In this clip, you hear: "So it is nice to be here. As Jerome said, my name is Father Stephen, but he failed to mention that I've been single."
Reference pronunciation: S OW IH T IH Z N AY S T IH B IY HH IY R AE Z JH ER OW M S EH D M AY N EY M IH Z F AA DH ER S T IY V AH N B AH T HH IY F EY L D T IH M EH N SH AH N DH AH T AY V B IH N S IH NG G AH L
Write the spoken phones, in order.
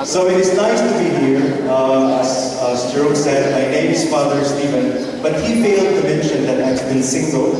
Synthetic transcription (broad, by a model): S OW IH T IH Z N AY S T IH B IY HH IY R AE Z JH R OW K S EH D M AY N EY M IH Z F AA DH ER S T IY V AH N B AH T HH IY F EY L D T IH M EH N SH AH N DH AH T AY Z B IH N S IH NG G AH L